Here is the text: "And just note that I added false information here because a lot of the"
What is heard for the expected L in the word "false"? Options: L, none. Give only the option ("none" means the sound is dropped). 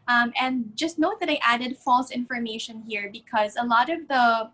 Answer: L